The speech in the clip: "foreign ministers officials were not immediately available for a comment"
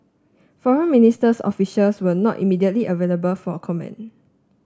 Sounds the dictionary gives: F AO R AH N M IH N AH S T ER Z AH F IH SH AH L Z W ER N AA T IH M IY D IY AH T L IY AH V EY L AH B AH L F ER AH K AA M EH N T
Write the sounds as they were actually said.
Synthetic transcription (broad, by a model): F AO R AH N M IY N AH S T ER S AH F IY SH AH L S W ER N AA T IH M IY D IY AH T L IY AH V EY L AH B AH L F AH K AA M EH N